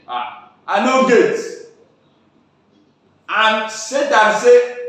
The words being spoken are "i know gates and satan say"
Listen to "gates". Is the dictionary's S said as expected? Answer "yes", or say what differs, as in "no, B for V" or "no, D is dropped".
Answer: no, S is dropped